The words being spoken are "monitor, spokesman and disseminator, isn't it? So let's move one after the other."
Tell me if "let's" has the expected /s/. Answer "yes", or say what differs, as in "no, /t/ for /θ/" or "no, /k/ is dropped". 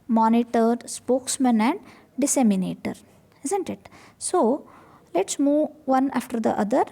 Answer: yes